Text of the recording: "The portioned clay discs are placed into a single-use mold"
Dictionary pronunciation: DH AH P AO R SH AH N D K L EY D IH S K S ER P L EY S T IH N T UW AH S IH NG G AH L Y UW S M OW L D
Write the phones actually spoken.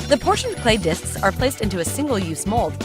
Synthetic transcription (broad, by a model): DH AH P AO R SH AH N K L EY D IH S K S ER P L EY S T IH N T UW AH S IH NG G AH L Y UW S M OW L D